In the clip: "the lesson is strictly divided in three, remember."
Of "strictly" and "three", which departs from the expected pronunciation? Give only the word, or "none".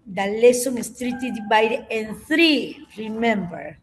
strictly